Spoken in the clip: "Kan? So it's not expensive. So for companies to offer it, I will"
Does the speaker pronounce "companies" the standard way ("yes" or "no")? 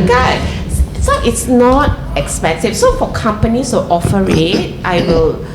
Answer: no